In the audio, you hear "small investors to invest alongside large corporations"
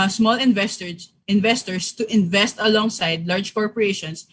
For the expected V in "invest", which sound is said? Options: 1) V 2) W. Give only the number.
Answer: 1